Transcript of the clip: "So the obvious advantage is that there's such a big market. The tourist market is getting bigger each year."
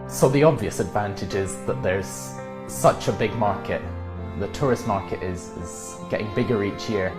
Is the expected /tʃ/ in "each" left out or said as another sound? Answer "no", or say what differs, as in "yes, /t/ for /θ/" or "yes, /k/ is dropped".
no